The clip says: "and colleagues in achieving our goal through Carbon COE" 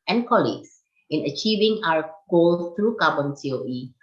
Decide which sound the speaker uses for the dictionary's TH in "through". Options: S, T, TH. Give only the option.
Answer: S